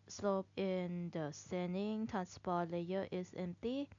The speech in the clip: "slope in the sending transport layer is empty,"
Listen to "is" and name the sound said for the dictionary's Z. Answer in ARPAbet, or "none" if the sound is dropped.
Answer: S